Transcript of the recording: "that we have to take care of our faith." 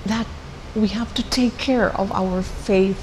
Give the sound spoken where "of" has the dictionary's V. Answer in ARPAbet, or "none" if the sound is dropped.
V